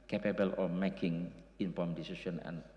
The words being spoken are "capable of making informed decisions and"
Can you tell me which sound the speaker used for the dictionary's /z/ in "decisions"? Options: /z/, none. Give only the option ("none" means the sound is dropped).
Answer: none